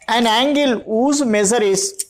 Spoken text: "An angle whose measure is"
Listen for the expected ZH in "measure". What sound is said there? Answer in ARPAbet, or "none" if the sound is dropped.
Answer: Z